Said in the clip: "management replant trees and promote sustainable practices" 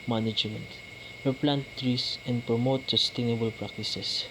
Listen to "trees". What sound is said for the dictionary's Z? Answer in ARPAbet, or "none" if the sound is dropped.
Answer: S